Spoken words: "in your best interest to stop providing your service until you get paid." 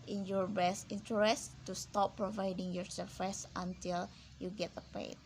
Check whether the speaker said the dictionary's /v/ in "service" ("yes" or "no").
no